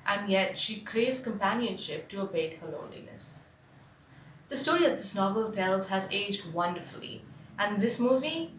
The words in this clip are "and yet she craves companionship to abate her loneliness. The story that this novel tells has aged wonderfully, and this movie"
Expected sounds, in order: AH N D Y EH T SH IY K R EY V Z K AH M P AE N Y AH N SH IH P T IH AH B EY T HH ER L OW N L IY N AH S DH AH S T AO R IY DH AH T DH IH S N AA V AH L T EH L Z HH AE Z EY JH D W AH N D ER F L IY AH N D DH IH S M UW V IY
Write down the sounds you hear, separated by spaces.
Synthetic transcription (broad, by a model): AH N Y EH T SH IY K R EY V Z K AH M P AE N Y AH N SH IH P T IH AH B EY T HH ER L OW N L IY N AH S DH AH S T AO R IY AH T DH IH S N AA V AH L T EH L Z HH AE Z EY JH D W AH N D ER F L IY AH N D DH IH S M UW V IY